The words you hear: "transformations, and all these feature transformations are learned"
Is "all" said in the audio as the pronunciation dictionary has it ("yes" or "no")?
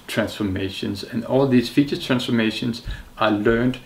yes